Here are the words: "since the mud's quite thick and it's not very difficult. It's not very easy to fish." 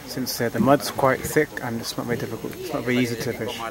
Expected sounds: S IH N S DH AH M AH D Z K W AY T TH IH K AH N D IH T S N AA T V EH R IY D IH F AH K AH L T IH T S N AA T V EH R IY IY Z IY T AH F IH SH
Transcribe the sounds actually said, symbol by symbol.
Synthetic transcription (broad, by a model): S IH N S DH AH M AH D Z K W AY T TH IH K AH N IH T S N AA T V EH R IY D IH F AH K AH L T IH T S N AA T V EH R IY IY Z IY T AH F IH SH